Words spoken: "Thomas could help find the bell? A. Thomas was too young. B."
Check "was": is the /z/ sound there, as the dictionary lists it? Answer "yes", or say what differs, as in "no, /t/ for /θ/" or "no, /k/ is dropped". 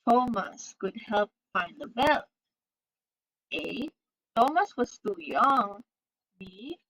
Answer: no, /s/ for /z/